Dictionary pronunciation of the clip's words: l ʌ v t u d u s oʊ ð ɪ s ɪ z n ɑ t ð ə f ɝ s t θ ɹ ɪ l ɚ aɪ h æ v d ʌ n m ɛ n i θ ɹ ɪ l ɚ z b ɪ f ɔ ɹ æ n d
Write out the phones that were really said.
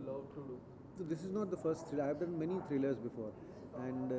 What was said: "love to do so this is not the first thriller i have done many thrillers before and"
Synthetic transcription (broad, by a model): l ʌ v t u d u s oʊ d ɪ s ɪ z n ɑ t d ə f ɝ s t t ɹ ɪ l aɪ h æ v d ʌ n m ɛ n i t ɹ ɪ l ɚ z b ɪ f ɔ ɹ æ n d